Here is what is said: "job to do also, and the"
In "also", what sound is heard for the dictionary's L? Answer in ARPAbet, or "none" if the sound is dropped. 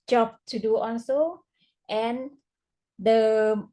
N